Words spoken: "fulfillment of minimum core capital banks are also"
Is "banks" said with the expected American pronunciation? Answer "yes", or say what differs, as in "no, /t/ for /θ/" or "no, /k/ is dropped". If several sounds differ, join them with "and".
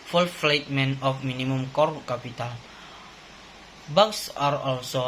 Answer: no, /ŋ/ is dropped